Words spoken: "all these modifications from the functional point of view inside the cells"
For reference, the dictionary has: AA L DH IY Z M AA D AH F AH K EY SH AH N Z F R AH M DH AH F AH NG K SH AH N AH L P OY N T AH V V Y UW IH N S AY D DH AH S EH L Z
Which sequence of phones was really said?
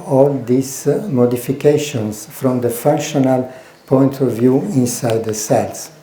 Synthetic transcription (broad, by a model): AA L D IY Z M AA D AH F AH K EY SH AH N S F R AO M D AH F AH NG K SH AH N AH L P OY N T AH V V Y UW IH N S AY D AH S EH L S